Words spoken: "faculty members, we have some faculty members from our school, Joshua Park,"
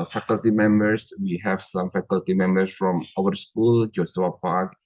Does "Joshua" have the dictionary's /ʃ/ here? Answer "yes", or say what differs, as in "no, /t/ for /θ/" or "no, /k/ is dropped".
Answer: no, /s/ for /ʃ/